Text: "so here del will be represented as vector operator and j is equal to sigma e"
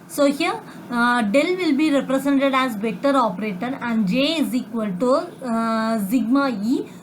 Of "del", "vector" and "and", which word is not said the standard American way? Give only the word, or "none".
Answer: vector